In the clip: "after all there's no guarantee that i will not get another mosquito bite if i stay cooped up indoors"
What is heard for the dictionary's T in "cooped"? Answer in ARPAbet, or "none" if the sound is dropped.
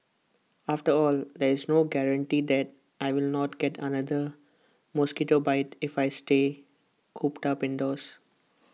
T